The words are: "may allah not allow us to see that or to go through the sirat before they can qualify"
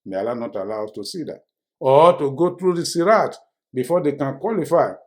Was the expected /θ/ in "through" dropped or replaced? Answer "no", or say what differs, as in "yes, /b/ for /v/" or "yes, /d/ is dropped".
yes, /t/ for /θ/